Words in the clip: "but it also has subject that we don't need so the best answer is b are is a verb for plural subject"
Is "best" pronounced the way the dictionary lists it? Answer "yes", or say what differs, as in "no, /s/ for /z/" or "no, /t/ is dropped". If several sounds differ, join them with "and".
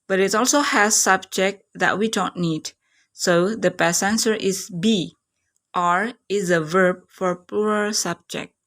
no, /t/ is dropped